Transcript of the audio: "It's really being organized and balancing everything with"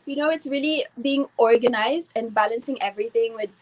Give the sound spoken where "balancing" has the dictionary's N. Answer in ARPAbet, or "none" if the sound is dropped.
N